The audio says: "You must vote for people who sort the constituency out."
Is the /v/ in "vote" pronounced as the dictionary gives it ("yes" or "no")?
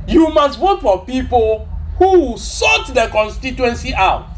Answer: no